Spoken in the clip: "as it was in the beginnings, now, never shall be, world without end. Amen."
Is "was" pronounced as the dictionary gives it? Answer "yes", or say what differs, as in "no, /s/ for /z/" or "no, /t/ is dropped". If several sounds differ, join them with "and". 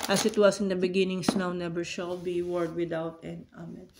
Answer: no, /s/ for /z/